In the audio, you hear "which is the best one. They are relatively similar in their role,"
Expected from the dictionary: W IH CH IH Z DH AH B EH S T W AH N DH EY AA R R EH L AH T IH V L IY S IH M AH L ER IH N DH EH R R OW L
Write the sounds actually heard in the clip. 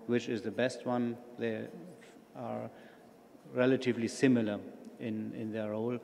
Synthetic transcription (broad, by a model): W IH CH IH Z DH AH B EH S T W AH N DH EY AA R R EH L AH T IH V L IY S IH M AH L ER IH N DH EH R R OW L